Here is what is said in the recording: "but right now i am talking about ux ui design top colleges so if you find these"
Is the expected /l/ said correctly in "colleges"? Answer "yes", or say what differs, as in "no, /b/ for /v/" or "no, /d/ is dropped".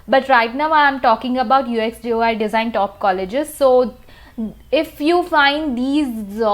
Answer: yes